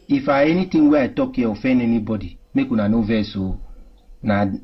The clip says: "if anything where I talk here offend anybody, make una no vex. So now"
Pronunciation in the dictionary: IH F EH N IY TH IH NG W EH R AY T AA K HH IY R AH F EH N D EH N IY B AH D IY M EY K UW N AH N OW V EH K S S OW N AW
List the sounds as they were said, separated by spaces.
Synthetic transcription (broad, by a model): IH F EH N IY T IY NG W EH AY T AA K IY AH F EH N EH N IY B AH D IY M EY K UW N AH N OW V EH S S OW N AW